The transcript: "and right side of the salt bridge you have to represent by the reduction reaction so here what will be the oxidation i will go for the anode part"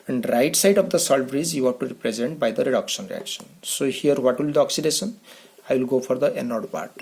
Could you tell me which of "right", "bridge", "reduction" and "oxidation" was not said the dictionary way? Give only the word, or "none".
bridge